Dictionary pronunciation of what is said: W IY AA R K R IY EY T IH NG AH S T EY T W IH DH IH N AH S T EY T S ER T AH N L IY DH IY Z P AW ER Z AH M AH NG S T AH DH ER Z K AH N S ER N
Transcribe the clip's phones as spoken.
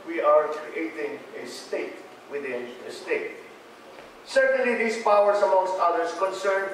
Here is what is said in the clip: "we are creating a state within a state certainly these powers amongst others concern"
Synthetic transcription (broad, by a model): W IY AA R K R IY EY T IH NG AH S T EY T W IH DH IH N AH S T EY T S ER T AH N L IY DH IY S P AW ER S AH M AH NG S T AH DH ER S K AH N S ER N